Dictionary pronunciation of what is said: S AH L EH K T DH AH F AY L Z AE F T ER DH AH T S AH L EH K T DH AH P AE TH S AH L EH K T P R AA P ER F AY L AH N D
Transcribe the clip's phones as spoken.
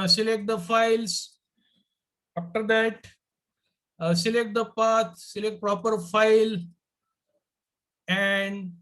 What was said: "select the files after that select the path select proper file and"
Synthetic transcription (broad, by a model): S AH L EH K T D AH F AY L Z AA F T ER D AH T S AH L EH K T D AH P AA T S AH L EH K T P R AA P ER F AY L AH N D